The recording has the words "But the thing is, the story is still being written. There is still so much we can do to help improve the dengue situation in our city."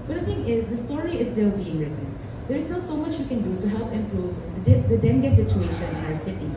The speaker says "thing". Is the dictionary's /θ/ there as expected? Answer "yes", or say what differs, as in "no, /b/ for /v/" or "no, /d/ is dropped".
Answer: no, /t/ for /θ/